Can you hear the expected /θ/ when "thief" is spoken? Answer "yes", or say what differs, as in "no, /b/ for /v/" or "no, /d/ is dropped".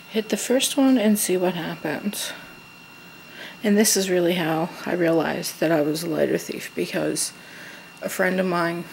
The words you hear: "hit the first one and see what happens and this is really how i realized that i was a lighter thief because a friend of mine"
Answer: yes